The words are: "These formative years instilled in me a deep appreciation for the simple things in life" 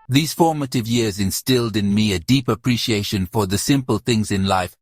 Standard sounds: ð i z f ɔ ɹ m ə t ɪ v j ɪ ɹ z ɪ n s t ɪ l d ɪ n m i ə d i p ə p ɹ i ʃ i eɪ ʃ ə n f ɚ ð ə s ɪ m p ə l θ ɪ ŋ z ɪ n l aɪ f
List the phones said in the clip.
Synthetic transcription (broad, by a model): ð i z f ɔ ɹ m ə t ɪ v j ɪ ɹ z ɪ n s t ɪ l d ɪ n m i ə d i p ə p ɹ i ʃ i eɪ ʃ ə n f ɚ ð ə s ɪ m p ə l θ ɪ ŋ z ɪ n l aɪ f